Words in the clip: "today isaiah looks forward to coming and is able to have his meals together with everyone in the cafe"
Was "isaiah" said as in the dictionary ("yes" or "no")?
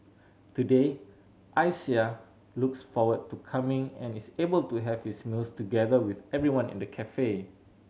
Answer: no